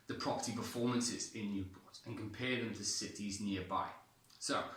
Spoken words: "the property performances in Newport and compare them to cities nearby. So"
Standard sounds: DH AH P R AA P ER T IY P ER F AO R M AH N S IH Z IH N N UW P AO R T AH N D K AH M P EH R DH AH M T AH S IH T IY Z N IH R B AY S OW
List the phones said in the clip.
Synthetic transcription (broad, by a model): DH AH P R AA P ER T IY P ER F AO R M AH N S IH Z IH N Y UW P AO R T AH N K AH M P EH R DH AH M T AH S IH T IY Z N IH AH B AY S OW